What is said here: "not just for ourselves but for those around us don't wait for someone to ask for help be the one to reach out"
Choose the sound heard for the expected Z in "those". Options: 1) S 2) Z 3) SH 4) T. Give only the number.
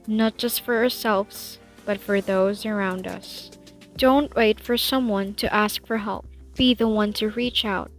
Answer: 2